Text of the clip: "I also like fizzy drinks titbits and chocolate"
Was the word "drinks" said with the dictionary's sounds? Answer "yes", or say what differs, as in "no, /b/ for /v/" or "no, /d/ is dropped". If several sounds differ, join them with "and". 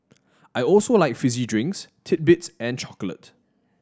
yes